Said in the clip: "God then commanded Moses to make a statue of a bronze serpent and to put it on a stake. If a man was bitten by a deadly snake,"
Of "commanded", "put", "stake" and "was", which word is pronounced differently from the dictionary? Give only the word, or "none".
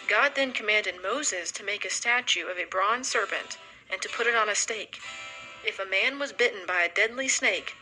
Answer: none